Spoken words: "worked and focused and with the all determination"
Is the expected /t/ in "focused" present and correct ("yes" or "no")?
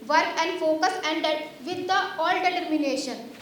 no